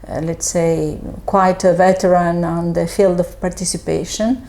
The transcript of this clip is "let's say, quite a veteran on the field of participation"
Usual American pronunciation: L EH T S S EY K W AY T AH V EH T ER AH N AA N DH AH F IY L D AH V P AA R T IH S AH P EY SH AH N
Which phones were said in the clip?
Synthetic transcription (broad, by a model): L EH T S S EY K W AY T AH V EH T ER AH N AA N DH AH F IY L D AH V P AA R T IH S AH P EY SH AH N